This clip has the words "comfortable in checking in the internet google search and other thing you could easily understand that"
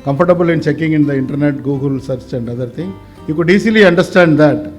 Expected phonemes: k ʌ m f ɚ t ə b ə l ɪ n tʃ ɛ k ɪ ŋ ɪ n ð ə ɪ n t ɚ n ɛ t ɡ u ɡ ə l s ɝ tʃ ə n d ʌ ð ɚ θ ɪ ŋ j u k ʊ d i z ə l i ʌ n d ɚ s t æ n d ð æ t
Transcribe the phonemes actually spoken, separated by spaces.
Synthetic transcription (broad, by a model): k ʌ m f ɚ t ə b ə l ɪ n tʃ ɛ k ɪ ŋ ɪ n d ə ɪ n t ɚ n ɛ t ɡ u ɡ ə l s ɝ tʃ ə n d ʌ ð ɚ t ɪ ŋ j u k ʊ d i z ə l i ʌ n d ɚ s t æ n d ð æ t